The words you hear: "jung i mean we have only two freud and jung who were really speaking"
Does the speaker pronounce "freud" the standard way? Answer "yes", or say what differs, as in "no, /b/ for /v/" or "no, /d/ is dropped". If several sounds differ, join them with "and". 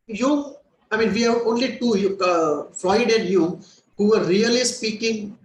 no, /l/ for /ɹ/